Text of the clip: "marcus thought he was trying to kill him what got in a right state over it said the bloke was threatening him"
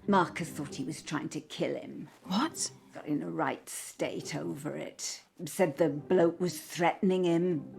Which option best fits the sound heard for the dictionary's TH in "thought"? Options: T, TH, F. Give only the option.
TH